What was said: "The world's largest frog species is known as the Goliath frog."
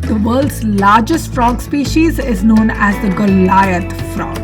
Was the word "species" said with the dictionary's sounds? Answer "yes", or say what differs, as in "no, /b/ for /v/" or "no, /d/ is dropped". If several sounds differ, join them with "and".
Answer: yes